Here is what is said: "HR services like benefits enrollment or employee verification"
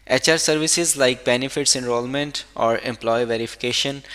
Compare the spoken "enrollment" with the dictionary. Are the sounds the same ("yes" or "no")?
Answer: yes